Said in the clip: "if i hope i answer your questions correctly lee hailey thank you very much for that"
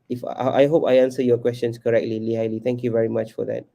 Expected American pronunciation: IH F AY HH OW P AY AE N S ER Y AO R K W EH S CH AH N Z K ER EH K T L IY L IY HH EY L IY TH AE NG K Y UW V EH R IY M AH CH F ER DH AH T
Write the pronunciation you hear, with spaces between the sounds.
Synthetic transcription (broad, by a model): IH F AY HH OW P AY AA N S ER Y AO K W EH S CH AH N S K ER EH K T L IY L IY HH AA L IY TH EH NG K Y UW V EH R IY M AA CH F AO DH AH T